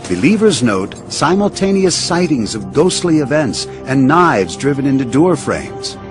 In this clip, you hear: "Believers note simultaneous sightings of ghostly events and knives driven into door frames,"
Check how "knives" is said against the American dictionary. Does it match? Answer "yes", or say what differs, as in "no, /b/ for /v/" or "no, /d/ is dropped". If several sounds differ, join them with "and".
yes